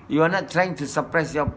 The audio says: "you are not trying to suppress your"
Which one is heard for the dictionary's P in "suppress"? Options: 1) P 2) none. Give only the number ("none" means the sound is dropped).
1